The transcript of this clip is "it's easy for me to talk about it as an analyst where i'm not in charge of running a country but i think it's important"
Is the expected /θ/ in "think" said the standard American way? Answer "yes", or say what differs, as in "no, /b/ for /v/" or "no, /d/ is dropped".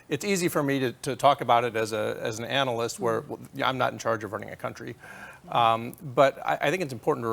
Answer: yes